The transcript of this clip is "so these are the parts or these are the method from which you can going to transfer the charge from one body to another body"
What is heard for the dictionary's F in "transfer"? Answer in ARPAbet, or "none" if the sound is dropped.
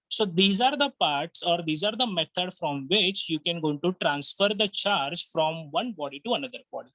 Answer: F